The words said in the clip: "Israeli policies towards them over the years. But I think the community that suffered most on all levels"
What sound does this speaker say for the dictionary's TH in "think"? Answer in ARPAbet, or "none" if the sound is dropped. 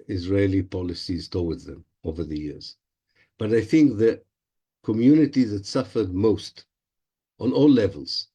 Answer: TH